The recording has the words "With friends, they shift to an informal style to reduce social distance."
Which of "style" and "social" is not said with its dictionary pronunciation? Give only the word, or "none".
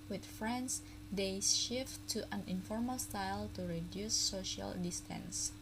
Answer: none